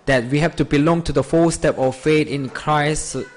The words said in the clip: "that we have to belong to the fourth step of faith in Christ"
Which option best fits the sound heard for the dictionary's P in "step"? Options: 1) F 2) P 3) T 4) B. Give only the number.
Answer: 2